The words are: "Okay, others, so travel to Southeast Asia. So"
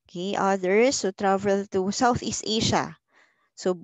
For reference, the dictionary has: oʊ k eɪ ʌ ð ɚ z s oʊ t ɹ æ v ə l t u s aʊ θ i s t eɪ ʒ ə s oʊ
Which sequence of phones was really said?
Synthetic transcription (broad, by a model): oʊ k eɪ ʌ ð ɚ s oʊ t ɹ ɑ v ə l t u s aʊ θ i s t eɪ ʃ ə s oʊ